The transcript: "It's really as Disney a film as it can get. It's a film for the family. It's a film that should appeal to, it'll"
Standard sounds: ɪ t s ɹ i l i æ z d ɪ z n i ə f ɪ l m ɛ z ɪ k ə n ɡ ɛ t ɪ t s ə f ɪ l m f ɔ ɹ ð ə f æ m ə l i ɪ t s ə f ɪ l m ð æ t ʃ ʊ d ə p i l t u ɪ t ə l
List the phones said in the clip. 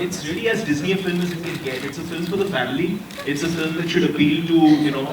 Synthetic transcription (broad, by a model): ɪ t s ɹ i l i æ z d ɪ z n i ə f ɪ l m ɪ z ɪ k ə n ɡ ɛ t ɪ t s ə f ɪ l m f ɔ ɹ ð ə f æ m ə l i ɪ t s ə f ɪ l m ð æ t ʃ ʊ d ə p i l t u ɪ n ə